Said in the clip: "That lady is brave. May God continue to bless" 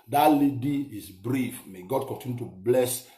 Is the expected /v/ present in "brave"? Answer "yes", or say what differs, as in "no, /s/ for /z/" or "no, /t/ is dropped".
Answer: no, /f/ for /v/